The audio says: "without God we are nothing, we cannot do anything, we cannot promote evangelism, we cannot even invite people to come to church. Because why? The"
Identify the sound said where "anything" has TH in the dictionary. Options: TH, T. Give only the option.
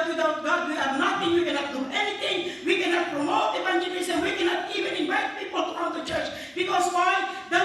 T